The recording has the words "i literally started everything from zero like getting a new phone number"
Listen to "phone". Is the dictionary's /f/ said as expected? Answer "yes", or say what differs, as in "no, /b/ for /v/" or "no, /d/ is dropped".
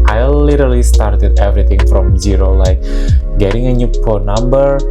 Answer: no, /p/ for /f/